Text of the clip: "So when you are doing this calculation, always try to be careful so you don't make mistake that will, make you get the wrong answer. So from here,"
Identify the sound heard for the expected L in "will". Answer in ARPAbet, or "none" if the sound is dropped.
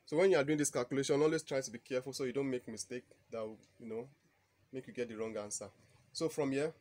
N